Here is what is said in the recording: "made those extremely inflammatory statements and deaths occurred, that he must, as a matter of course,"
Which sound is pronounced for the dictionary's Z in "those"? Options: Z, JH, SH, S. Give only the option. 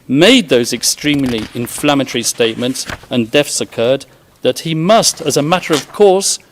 Z